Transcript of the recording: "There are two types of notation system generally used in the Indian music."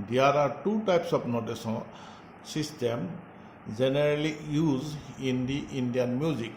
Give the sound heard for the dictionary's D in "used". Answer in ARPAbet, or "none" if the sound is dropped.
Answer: none